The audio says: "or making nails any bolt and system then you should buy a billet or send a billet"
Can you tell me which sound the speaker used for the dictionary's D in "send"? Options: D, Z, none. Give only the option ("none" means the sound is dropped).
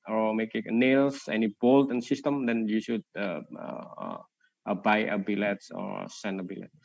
none